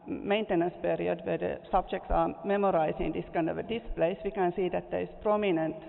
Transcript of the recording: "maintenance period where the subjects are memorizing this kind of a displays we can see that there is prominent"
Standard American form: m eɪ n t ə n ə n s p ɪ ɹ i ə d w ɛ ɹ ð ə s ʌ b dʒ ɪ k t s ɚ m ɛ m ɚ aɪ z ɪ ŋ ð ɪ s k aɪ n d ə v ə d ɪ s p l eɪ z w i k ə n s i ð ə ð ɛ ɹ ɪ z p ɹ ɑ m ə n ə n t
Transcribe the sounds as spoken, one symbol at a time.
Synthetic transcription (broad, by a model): m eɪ n t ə n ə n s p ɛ ɹ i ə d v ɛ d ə s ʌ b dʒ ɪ k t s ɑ m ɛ m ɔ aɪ s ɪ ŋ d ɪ s k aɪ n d ə v ə d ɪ s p l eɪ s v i k ə n s i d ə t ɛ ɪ s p ɹ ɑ m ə n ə n